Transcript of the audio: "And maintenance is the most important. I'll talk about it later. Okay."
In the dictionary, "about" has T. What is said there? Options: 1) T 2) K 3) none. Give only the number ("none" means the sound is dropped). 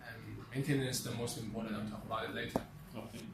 1